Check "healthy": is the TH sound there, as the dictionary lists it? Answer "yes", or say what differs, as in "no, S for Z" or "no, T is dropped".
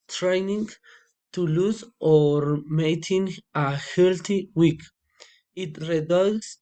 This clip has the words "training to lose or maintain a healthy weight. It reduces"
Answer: no, T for TH